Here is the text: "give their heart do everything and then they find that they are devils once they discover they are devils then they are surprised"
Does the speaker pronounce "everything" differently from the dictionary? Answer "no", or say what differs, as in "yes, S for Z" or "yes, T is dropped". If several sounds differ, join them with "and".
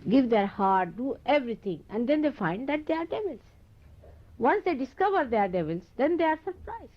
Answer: yes, T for TH